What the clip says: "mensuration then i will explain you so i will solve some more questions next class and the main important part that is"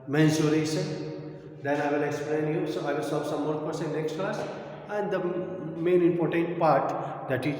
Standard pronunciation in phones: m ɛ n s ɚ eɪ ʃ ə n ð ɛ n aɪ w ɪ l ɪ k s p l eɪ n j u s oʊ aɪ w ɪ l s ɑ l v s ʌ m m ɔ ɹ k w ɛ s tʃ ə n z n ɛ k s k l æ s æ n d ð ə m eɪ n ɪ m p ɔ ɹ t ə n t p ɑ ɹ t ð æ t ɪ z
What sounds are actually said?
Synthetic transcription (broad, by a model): m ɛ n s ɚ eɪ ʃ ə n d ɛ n aɪ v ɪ l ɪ k s p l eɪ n j u s oʊ aɪ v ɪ l s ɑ v s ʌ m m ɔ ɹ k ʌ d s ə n n ɛ k s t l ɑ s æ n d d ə m eɪ n ɪ m p ɔ ɹ t ə n t p ɑ ɹ t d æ t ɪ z